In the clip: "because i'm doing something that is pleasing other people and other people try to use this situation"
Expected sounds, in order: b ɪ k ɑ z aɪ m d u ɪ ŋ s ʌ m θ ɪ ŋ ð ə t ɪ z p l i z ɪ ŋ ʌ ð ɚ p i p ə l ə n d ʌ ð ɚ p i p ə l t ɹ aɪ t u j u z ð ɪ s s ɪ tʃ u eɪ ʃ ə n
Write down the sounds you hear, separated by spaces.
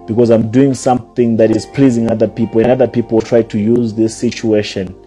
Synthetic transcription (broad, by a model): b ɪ k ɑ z aɪ m d u ɪ ŋ s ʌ m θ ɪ ŋ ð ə t ɪ z p l i z ɪ ŋ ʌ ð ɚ p i p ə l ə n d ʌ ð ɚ p i p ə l t ɹ aɪ t u j u z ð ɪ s s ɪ tʃ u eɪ ʃ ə n